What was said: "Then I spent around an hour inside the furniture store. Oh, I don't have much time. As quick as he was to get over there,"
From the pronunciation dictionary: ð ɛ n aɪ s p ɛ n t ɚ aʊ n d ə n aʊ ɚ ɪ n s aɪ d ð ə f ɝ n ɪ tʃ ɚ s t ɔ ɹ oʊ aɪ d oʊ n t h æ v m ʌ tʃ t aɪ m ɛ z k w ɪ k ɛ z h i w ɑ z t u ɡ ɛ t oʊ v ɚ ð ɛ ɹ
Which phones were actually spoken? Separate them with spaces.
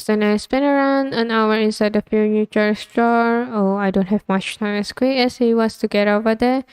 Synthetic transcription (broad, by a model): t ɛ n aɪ s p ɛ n ɚ aʊ n d ə n aʊ ɚ ɪ n s aɪ d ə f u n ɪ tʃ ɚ s t ɔ ɹ oʊ aɪ d oʊ n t h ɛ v m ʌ tʃ t aɪ m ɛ s k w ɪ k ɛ s h i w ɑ s t u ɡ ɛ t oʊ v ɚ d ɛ